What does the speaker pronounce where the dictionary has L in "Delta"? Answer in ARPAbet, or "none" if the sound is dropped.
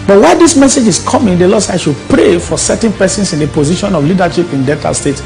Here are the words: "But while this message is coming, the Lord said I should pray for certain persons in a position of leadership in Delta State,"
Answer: none